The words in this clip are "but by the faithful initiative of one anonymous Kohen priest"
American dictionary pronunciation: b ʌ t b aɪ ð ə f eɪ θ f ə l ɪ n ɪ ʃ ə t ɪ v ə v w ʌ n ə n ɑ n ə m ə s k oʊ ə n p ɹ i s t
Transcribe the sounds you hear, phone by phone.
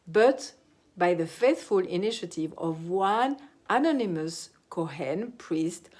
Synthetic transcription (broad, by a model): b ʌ t b aɪ ð ə f eɪ θ f ə l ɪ n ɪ ʃ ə t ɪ v ə v w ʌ n ə n ɑ n ə m ə s k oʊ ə n p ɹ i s t